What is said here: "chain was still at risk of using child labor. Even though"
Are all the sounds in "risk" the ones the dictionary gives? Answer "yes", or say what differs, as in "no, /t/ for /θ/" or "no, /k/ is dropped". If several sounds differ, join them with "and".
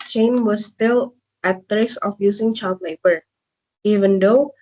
no, /k/ is dropped